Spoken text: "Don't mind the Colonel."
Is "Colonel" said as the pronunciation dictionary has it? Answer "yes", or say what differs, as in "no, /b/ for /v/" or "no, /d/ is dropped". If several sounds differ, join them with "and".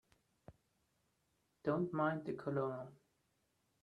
no, /l/ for /n/